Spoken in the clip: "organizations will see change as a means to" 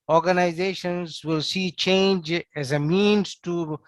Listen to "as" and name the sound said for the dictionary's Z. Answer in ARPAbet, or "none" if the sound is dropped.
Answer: Z